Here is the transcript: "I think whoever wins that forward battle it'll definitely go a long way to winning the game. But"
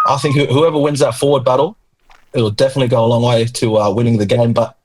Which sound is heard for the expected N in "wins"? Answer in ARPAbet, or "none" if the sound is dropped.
N